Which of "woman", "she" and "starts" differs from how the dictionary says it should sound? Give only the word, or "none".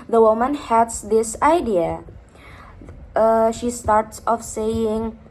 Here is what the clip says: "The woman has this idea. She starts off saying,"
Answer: none